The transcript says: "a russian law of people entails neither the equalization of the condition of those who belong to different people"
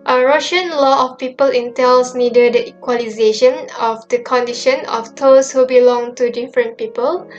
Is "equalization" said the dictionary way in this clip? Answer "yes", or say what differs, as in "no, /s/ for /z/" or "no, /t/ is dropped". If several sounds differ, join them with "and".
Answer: yes